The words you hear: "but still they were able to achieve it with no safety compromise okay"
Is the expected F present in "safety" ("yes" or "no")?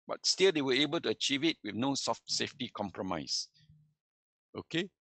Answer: yes